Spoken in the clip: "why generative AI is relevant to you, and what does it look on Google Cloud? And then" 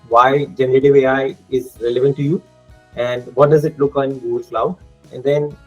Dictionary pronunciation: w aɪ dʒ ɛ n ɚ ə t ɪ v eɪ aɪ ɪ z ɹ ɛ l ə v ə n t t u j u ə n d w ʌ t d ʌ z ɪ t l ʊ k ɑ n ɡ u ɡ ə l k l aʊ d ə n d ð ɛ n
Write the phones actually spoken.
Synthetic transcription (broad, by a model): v aɪ dʒ ɛ n ɚ ə t ɪ v eɪ aɪ ɪ z ɹ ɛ l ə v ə n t t u j u ə n d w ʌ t d ʌ z ɪ t l ʊ k ɑ n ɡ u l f l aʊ ə n d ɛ n